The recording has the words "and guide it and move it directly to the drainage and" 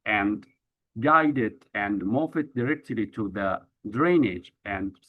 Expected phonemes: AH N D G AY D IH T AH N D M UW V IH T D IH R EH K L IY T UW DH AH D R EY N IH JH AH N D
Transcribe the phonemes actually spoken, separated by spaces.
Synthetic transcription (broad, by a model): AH N D G AY D IH T AH N D M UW F IH T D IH R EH K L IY T UW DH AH D R EY N IH JH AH N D